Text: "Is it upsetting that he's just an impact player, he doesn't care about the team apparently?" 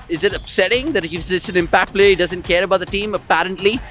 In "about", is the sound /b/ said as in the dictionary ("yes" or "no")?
yes